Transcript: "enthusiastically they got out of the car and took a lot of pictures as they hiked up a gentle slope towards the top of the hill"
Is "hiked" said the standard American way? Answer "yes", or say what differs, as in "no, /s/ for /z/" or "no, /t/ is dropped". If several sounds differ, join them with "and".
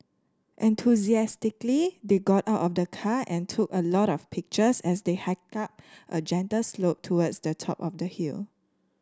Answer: no, /t/ is dropped